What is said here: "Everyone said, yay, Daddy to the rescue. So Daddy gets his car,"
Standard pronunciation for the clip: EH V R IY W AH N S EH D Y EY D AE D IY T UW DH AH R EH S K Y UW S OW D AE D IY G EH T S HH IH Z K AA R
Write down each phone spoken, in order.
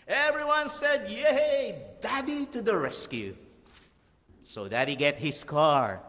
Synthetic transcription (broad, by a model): EH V R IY W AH N S EH D Y EY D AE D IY T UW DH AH R EH S K Y UW S OW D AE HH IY G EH T HH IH S K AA R